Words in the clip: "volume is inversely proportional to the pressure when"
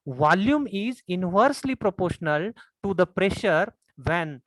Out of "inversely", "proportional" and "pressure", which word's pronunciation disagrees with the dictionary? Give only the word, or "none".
none